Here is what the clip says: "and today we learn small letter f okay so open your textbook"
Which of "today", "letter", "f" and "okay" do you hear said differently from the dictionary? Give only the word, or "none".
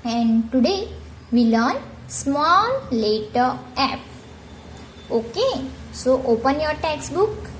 f